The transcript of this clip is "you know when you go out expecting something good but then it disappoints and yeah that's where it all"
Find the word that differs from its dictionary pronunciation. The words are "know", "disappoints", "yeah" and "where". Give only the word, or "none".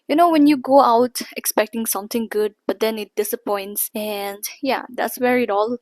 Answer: none